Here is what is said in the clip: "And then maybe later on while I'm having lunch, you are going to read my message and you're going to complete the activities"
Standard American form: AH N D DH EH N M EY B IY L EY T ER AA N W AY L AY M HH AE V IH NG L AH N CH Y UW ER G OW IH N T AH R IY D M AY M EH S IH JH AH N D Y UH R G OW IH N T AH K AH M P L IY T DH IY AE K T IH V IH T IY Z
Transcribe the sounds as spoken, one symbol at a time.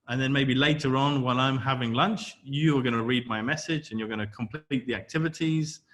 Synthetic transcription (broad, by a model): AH N DH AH N M EY B IY L EY T ER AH N W AY L AY M HH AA V IH NG L AH N CH Y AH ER G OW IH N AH R IY D M AY M EH S IH JH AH N Y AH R G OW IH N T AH K AH M P L IY T DH IY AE K T IH V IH T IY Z